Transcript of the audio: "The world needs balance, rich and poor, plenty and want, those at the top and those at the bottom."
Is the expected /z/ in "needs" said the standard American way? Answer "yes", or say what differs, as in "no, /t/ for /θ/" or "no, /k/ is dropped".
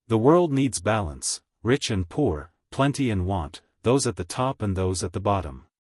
yes